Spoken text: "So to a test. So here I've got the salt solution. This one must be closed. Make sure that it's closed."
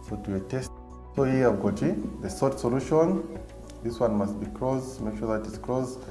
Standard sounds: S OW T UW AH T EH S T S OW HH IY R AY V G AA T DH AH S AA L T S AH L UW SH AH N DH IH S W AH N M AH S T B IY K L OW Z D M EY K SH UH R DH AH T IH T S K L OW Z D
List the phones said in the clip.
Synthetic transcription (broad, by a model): S OW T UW AH T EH S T S OW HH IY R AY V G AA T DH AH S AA T S AH L UW SH AH N DH IH S W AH N M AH S T B IY K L OW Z M EY K SH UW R DH AH T IH T S K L OW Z